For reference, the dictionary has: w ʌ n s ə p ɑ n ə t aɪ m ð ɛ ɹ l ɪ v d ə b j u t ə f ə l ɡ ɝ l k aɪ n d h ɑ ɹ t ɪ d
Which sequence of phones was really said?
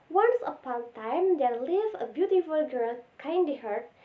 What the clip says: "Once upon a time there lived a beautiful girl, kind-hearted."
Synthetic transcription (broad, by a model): w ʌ n s ə p ɑ n t aɪ m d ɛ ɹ l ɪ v ə b j u t ə f ə l ɡ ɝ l k aɪ n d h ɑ ɹ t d